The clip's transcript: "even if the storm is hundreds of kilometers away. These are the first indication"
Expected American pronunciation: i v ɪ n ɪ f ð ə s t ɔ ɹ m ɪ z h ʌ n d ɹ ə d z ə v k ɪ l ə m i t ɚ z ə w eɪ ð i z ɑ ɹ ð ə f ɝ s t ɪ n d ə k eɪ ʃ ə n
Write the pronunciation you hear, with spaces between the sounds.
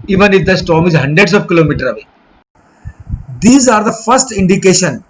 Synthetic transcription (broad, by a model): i v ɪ n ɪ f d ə s t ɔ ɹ m ɪ z h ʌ n d ɹ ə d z ə v k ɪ l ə m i t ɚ ə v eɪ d i z ɑ ɹ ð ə f ɝ s t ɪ n d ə k eɪ ʃ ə n